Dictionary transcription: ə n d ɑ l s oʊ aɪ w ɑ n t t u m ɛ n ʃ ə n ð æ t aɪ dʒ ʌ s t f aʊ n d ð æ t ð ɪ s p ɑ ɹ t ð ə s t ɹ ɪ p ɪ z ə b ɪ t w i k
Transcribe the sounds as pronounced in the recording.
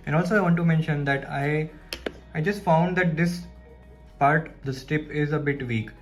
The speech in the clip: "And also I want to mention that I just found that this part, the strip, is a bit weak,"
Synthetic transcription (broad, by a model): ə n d ɑ l s oʊ aɪ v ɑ n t t u m ɛ n ʃ ə n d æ t aɪ dʒ ʌ s t f aʊ n d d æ t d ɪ s p ɑ ɹ t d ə s t ɪ p ɪ z ə b ɪ t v i k